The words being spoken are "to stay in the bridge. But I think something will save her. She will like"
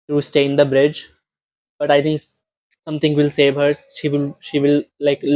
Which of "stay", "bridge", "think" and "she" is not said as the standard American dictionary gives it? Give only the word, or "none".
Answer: think